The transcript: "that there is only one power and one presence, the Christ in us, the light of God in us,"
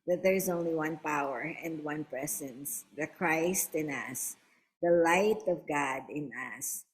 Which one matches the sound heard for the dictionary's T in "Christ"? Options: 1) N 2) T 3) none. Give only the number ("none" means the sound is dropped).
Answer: 2